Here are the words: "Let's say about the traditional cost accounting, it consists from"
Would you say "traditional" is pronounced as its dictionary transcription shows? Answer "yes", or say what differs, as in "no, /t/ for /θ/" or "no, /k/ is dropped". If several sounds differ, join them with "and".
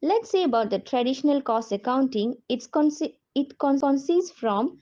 yes